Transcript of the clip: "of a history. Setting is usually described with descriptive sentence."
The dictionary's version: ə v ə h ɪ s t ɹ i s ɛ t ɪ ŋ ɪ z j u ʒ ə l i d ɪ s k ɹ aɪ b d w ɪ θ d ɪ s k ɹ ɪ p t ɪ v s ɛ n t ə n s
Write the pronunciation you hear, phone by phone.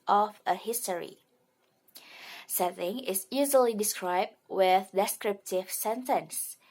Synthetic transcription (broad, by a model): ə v ə h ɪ s t ɹ i s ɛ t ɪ ŋ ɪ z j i z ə l i d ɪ s k ɹ aɪ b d w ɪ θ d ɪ s k ɹ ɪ p t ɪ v s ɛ n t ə n s